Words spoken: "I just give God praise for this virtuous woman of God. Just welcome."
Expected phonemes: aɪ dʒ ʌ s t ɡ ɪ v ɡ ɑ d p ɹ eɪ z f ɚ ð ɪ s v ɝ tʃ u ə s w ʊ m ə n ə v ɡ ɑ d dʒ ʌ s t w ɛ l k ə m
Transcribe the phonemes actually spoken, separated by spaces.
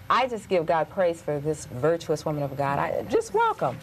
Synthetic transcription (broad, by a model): aɪ dʒ ʌ s ɡ ɪ v ɡ ɑ d p ɹ eɪ z f ɚ ð ɪ s v ɝ tʃ u ə s w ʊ m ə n ə v ɡ ɑ d dʒ ʌ s t w ɛ l k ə m